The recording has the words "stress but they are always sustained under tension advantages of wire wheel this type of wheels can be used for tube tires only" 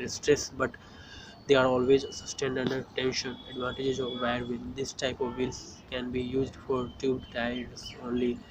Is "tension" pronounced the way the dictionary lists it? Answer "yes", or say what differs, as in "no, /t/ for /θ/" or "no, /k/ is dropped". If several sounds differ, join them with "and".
yes